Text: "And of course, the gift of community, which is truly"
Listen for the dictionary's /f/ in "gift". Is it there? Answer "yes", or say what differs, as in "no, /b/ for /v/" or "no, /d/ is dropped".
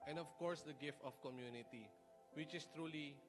yes